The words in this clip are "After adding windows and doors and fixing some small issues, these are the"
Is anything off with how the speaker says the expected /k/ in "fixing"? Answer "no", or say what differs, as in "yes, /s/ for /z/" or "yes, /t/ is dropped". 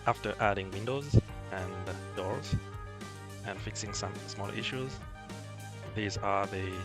no